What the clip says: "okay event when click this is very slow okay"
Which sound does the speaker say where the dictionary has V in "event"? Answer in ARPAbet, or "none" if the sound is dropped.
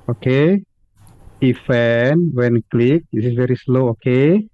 F